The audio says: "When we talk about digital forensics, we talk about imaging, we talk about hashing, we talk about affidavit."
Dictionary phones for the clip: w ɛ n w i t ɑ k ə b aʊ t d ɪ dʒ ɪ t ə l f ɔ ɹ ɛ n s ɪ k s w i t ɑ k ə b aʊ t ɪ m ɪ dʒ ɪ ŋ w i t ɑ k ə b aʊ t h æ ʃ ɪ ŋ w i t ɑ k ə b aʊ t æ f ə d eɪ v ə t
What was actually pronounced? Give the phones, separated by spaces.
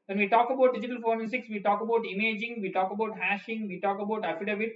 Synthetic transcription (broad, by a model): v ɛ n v i t ɑ k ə b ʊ t d ɪ dʒ ɪ t ə l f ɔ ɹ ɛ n s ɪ k s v i t ɑ k ə b aʊ t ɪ m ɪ dʒ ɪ ŋ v i t ɑ k ə b aʊ t h æ ʃ ɪ ŋ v i t ɑ k ə b aʊ t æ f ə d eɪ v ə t